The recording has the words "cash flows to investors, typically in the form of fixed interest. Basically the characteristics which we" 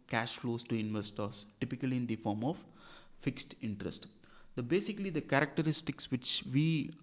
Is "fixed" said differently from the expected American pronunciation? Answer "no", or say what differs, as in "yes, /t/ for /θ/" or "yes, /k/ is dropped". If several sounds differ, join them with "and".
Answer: no